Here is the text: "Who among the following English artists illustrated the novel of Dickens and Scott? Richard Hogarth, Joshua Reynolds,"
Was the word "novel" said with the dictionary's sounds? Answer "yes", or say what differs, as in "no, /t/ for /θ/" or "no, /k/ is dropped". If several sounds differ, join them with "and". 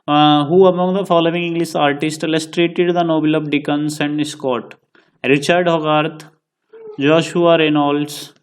no, /b/ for /v/